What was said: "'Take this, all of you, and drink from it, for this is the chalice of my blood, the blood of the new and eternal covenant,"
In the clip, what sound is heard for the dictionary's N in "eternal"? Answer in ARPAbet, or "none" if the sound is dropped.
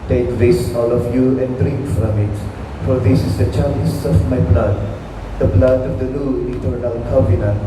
none